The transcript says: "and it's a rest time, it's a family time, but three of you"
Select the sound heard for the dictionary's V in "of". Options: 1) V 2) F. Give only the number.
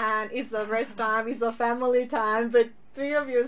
1